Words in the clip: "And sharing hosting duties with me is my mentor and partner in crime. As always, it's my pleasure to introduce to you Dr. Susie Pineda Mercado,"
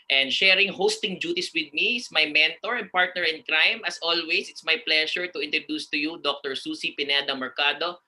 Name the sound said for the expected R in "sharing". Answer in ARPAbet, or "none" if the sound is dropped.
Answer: R